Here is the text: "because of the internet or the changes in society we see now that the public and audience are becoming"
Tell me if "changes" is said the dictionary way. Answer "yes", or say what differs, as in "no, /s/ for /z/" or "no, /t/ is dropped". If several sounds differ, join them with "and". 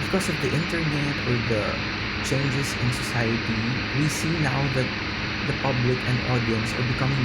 no, /s/ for /z/